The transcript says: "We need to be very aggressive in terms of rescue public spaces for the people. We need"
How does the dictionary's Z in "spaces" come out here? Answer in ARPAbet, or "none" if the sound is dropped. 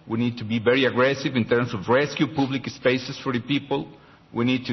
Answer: S